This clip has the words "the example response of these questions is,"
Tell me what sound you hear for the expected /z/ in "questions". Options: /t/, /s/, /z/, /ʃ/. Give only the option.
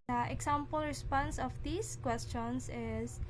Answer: /s/